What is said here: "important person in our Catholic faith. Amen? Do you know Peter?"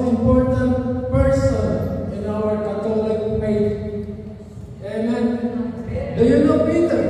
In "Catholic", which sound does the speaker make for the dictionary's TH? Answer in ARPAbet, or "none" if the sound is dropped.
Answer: T